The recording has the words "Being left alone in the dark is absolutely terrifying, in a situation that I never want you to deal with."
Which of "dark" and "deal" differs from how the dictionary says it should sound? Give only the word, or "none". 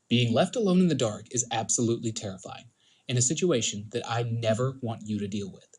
none